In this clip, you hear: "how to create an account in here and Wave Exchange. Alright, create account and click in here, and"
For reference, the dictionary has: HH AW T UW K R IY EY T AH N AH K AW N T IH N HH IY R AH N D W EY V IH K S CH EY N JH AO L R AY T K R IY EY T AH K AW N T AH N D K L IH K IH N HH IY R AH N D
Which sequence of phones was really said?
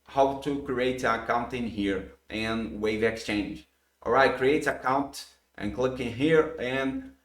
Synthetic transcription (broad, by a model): HH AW T UW K R IY EY T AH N AH K AW N T IH N HH IY R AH N W EY V IH K S CH EY N JH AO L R AY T K R IY EY T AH K AW N T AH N K L IH K IH N HH IY R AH N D